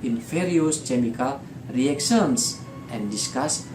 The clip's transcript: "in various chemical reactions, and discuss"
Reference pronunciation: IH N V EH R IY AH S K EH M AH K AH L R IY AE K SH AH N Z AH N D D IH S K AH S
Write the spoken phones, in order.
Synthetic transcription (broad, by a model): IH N F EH R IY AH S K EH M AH K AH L R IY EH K S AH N S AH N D D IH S K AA S